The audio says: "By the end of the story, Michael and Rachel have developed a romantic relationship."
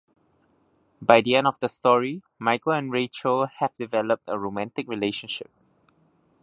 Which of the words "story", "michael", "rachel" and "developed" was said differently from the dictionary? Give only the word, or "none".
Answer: none